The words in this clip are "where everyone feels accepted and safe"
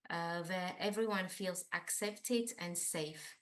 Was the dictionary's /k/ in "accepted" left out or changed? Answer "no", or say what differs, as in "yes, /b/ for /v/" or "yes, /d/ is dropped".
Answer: no